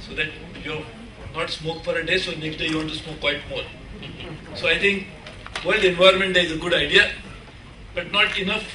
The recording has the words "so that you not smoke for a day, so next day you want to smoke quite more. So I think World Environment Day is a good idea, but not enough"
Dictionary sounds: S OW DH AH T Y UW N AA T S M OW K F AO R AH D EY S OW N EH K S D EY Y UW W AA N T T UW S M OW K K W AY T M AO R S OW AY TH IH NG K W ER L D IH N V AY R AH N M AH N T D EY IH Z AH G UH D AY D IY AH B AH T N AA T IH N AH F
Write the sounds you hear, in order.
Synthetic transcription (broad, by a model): S OW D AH T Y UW N AA T S M OW K F AO R AH D EY S OW N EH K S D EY Y UW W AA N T T UW S M OW K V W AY T M AO R S OW AY T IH NG K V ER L D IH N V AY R M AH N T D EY IH Z AH G UH D AY D IY AH B AH T N AA T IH N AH F